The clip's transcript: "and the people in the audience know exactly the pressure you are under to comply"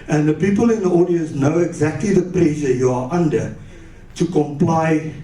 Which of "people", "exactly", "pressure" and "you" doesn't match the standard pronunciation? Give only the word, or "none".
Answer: pressure